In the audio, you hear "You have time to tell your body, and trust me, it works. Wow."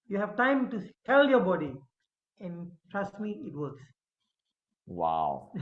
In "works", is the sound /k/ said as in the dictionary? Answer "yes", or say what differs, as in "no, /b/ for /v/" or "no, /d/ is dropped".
yes